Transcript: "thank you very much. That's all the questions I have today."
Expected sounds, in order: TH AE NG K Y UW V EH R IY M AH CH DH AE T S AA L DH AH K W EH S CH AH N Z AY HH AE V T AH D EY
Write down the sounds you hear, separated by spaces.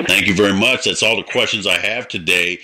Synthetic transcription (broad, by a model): TH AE NG K Y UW V EH R IY M AH CH DH AE T S AA L DH AH K W EH S CH AH N Z AY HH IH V T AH D EY